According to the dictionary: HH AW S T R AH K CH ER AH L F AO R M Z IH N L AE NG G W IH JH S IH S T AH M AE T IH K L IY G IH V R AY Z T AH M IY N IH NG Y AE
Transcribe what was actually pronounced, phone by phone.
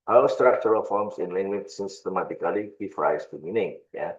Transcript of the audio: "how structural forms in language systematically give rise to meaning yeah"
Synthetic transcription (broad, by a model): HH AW S T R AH K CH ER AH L F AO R M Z IH N L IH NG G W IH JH S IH S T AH M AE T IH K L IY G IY F R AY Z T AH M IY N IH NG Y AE